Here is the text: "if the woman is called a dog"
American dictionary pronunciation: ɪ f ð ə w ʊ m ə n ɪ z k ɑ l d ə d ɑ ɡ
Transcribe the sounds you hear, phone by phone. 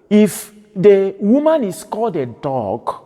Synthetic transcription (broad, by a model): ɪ f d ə w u m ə n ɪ s k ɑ d ə d ɑ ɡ